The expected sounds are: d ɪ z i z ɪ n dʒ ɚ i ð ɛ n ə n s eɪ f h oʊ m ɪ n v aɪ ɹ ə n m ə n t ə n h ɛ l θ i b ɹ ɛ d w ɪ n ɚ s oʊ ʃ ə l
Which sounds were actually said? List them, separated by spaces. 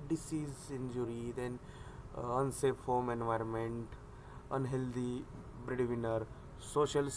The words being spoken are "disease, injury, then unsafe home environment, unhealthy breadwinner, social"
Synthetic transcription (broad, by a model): d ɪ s i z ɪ n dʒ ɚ i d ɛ n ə n s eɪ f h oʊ m ɪ n v aɪ ɹ ə n m ə n t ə n h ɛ l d i b ɹ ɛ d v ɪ n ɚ s oʊ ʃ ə l